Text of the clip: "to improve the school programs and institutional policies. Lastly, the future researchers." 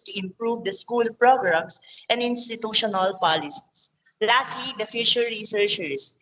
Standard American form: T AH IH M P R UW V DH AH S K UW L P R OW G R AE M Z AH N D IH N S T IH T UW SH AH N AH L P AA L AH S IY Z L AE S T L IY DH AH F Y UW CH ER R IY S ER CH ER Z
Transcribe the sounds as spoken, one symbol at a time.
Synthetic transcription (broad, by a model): T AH IH M P R UW V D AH S K UW L P R OW G R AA M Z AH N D IH N S T IH T UW SH AH N AH L P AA L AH S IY S L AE S T L IY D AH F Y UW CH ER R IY S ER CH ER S